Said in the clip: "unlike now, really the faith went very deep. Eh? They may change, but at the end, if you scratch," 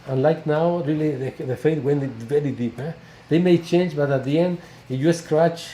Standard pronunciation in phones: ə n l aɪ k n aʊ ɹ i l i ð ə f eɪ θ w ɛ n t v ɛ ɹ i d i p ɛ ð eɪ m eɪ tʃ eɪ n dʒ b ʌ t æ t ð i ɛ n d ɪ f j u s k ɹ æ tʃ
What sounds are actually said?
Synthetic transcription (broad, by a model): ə n l aɪ k n aʊ ɹ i l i ð ə f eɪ t w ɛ n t v ɛ ɹ i d i p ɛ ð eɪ m eɪ tʃ eɪ n dʒ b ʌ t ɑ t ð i ɛ n d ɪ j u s k ɹ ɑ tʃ